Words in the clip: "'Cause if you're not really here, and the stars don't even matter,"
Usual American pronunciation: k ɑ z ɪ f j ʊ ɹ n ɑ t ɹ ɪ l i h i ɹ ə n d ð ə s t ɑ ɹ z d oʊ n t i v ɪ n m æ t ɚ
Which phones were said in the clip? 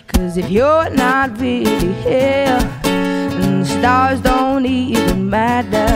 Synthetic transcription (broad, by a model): k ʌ z ɪ f j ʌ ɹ n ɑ t ɹ ɪ l i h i l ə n ð ə s t ɑ ɹ z d oʊ n t i v ɪ n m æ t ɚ